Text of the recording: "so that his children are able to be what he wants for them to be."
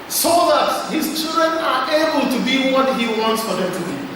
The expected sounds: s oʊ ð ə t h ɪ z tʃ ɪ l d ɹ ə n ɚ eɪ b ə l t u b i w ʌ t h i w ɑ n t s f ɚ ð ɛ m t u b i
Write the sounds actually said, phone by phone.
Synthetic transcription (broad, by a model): s oʊ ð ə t h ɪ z tʃ ɪ l d ɹ ə n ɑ eɪ b ə l t u b i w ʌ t h i w ɑ n t s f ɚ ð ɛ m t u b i